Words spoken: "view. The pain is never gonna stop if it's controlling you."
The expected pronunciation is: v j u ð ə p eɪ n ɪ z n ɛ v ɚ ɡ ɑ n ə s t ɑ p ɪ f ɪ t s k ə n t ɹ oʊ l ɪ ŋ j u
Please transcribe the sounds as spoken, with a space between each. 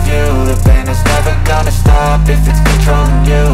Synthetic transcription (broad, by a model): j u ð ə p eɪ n ɪ z n ɛ v ɚ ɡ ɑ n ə s t ɑ p ɪ f ɪ t s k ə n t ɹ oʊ ɪ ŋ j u